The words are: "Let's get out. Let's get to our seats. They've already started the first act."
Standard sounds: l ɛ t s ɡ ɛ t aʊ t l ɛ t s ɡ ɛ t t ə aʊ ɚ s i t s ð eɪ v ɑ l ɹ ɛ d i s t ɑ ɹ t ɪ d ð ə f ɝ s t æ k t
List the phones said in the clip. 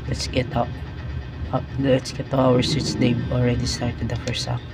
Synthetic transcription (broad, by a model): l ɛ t s ɡ ɛ t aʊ l ɛ t s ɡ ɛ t t ə aʊ ɚ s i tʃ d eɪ b ɑ l ɹ ɛ d i s t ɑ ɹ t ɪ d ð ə f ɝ s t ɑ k